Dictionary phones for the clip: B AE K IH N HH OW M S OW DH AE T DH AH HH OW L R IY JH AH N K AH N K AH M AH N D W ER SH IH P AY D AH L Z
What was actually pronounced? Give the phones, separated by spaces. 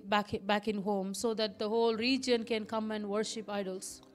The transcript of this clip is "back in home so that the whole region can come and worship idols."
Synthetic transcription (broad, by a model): B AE K IH N HH OW M S OW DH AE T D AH HH OW L R IY JH AH N K AH N K AH M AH N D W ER SH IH P AY D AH L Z